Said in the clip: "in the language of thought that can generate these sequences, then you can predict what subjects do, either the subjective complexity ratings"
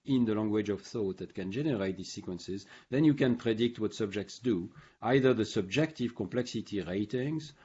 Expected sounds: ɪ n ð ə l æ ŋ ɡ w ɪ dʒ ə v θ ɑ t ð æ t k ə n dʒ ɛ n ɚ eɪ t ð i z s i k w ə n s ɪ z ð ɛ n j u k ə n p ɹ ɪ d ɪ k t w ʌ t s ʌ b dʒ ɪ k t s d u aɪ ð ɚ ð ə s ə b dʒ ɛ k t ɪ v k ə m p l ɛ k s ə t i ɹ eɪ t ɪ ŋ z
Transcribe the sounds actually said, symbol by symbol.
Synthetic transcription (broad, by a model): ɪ n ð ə l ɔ ŋ ɡ w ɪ dʒ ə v θ ɑ t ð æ t k ə n dʒ ɛ n ɚ eɪ t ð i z s i k w ə n s ɪ z ð ɛ n j u k ə n p ɹ ɪ d ɪ k t w ʌ t s ʌ b dʒ ɪ k t s d u aɪ ð ɚ ð ə s ə b dʒ ɛ k t ɪ v k ə m p l ɛ k s ə t i ɹ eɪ t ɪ ŋ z